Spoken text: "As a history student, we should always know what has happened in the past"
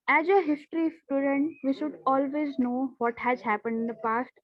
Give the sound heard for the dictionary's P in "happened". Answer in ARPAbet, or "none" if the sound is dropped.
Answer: P